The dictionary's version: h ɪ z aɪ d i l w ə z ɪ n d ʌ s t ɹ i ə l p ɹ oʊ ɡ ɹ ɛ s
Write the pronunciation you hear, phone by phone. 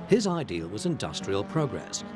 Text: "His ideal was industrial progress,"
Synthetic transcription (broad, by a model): h ɪ z aɪ d i l w ə z ɪ n d ʌ s t ɹ i ə l p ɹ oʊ ɡ ɹ ɛ s